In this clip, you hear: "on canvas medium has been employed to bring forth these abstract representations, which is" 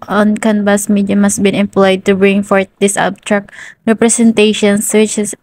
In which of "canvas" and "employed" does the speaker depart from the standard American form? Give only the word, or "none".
canvas